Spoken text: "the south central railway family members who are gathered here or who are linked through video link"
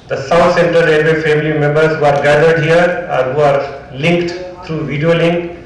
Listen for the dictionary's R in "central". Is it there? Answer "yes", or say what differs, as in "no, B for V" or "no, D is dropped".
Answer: no, R is dropped